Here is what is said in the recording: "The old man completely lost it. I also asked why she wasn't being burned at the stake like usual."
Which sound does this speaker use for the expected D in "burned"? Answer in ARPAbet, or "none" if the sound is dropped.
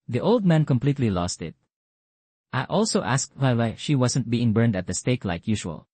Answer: D